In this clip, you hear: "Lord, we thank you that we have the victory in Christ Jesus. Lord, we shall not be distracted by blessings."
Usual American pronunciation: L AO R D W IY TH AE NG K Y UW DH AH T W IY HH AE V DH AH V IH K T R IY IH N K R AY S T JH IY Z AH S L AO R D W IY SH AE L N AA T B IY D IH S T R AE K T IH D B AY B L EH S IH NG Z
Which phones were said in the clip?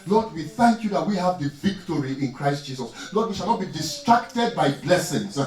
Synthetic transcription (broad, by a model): L AO D W IY TH AE NG K Y UW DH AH T W IY HH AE V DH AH V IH K T R IY IH N K R AY S T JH IY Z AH S L AO D W IY SH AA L N AA T B IY D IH S T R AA K T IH D B AY B L EH S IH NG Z